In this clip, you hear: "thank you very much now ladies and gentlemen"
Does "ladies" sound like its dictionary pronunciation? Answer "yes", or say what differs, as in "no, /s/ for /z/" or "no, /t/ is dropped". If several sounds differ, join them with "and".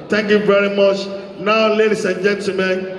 no, /s/ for /z/